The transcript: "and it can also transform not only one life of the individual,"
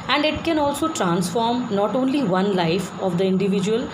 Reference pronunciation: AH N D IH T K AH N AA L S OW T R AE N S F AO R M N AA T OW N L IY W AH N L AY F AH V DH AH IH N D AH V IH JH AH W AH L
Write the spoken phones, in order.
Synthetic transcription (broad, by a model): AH N D IH T K AH N AA L S OW T R AE N S F AO R M N AA T OW N L IY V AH N L AY F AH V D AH IH N D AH V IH JH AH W AH L